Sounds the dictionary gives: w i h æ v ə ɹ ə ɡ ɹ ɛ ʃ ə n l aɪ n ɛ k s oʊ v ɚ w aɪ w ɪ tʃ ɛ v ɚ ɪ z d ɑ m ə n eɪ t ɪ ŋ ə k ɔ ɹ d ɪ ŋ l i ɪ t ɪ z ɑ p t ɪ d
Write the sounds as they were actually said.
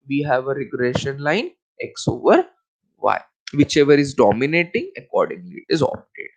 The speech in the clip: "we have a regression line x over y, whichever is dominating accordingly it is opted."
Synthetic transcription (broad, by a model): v i h æ v ə ɹ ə ɡ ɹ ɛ ʃ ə n l aɪ n ɛ k s oʊ v ɚ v aɪ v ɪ tʃ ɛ v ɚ ɪ z d ɑ m ə n eɪ t ɪ ŋ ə k ɔ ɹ d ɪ ŋ l i ɪ t ɪ z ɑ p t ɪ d